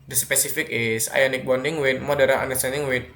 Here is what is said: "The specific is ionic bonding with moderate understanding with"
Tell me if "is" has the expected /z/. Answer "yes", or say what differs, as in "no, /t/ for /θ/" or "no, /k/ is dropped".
no, /s/ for /z/